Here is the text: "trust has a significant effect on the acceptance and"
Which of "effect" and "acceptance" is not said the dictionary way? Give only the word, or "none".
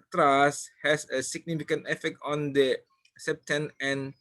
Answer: acceptance